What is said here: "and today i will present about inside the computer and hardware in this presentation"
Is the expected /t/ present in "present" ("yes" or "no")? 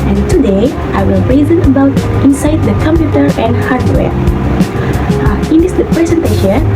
no